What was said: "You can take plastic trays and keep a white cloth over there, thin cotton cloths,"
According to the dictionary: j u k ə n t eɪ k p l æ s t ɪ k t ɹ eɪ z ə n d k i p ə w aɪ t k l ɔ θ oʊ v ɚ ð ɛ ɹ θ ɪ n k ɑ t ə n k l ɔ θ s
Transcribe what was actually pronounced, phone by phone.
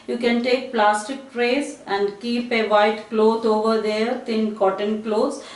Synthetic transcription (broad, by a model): j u k ə n t eɪ k p l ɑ s t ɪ k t ɹ eɪ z ə n d k i p ə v aɪ t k l ɔ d oʊ v ɚ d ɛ ɹ t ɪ n k ɑ t ə n k l ɔ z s